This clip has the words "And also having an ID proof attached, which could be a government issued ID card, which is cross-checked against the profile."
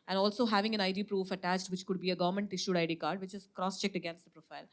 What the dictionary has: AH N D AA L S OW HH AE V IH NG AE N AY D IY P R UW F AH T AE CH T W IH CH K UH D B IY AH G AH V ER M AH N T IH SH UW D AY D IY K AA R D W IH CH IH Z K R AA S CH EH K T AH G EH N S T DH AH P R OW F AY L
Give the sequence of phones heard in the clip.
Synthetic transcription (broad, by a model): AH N D AA L S OW HH AE V IH NG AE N AY D IY P R UW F AH T AE CH T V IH CH K UH D B IY AH G AH V ER M AH N T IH SH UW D AY D IY K AA R D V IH CH IH Z K R AA S CH EH K T AH G EH N S T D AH P R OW F AY L